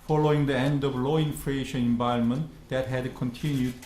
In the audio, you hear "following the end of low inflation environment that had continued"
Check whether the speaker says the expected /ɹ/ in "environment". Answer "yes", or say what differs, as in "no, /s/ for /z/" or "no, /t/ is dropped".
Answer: no, /ɹ/ is dropped